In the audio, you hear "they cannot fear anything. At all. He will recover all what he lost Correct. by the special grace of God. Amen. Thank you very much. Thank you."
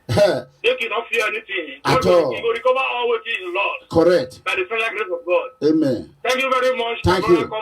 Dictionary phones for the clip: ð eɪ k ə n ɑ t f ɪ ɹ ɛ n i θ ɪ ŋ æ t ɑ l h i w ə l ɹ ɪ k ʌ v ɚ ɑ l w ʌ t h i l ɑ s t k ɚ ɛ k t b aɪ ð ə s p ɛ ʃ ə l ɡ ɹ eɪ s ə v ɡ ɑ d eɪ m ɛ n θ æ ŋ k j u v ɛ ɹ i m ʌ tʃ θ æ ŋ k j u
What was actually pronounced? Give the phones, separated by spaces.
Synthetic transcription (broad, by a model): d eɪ k ə n ɑ t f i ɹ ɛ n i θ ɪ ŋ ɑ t ɑ l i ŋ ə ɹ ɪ k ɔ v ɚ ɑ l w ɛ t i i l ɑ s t k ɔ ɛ k t b aɪ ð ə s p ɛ ə ɡ ɹ eɪ s ə v ɡ ɑ d eɪ m ɛ n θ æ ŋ k j u v ɛ ɹ i m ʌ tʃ t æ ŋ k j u